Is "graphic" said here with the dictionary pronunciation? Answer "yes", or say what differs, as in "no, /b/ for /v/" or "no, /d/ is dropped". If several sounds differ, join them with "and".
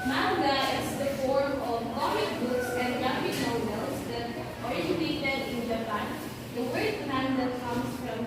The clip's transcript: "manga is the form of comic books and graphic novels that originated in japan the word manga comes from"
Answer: no, /ɹ/ is dropped